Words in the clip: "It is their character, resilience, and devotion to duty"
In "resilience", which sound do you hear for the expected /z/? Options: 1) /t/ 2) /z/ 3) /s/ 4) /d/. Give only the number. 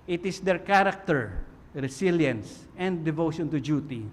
3